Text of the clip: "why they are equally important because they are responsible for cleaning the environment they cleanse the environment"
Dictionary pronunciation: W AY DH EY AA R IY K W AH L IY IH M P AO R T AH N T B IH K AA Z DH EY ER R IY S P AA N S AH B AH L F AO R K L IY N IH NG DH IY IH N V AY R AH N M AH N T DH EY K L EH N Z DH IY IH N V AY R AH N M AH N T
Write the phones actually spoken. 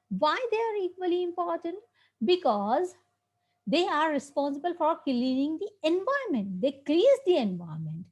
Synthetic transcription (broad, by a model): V AY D EY AA R IY K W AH L IY IH M P AO R T AH N T B IH K AA Z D EY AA R IY S P AA N S AH B AH L F AO R K L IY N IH NG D IY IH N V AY AH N M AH N T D EY K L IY Z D IY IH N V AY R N M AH N T